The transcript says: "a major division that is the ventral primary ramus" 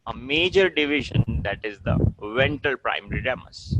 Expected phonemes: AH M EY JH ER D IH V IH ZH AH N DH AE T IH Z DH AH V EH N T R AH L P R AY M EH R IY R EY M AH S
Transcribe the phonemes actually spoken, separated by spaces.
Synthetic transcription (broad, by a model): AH M EY JH ER D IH V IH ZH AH N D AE T IH Z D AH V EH N T AH L P R AY M EH R IY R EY M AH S